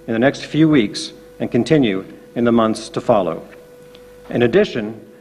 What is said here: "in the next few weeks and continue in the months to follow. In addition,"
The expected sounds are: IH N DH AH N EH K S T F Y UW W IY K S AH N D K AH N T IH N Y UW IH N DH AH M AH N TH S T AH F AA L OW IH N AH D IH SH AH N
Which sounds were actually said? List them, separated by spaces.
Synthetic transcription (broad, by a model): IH N DH AH N EH K S T F Y UW W IY K S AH N K AH N T IH N Y UW IH N DH AH M AH N TH S T AH F AA L OW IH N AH D IH SH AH N